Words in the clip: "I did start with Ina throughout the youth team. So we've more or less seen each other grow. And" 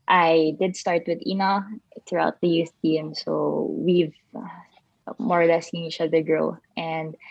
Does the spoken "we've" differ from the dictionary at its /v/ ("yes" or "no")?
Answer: no